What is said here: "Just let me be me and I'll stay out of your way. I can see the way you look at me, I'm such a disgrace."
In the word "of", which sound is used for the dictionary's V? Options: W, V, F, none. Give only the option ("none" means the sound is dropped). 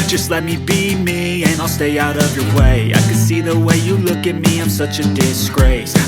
V